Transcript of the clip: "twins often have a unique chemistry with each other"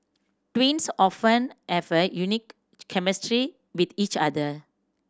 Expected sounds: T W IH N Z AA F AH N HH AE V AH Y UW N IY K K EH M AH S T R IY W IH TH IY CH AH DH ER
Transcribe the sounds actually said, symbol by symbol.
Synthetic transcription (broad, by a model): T W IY N S AA F AH N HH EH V AH Y UW N IY K K EH M AH S T R IY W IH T IY CH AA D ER